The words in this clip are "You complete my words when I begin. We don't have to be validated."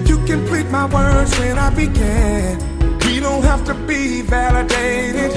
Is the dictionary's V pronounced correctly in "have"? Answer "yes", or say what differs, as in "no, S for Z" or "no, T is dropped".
no, F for V